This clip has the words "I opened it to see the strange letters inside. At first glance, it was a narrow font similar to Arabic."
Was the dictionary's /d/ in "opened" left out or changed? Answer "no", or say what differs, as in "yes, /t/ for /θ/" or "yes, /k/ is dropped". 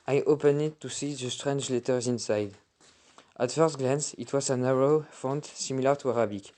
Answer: yes, /d/ is dropped